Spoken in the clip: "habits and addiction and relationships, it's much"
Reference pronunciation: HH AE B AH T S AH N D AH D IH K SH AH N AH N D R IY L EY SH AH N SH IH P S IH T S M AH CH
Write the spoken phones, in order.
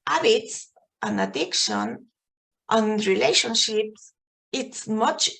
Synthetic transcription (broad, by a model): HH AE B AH T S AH N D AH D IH K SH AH N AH N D R IY L EY SH AH N SH IH P S IH T S M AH CH